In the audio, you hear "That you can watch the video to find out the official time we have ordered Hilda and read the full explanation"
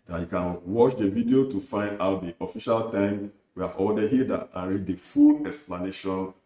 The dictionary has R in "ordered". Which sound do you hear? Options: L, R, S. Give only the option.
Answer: L